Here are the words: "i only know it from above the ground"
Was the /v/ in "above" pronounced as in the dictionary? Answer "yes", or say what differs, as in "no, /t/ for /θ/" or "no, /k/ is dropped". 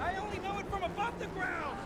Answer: no, /p/ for /v/